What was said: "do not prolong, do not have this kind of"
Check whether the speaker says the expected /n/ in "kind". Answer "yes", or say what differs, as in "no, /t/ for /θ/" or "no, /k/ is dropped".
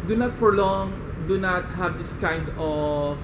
yes